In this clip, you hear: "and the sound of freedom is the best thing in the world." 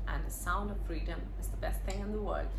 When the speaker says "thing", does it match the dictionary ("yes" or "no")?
yes